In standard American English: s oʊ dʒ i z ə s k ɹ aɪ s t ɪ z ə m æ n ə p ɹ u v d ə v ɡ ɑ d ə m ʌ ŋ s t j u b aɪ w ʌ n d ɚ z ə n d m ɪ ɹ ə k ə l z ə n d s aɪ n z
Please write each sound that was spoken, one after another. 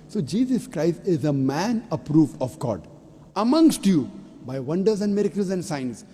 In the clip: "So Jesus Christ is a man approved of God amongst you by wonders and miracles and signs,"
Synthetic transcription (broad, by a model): s oʊ dʒ i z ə s k ɹ aɪ s t ɪ z ə m æ n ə p ɹ u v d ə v ɡ ɑ d ə m ʌ ŋ s t j u b aɪ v ʌ n d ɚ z ə n d m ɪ ɹ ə k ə l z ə n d s aɪ n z